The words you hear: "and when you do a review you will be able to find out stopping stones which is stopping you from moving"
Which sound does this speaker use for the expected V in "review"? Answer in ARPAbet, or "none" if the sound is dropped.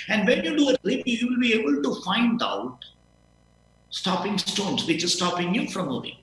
P